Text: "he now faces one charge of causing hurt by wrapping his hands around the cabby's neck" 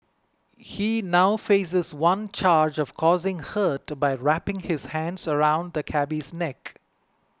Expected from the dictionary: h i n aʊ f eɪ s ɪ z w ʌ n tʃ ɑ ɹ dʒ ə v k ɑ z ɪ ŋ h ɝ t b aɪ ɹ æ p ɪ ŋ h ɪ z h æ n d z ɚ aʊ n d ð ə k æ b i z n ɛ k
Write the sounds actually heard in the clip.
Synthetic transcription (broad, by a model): h i n aʊ f eɪ s ɪ z w ʌ n tʃ ɑ ɹ dʒ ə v k ɑ z ɪ ŋ h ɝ t b aɪ ɹ æ p ɪ ŋ h ɪ z h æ n d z ɚ aʊ n d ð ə k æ b i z n ɛ k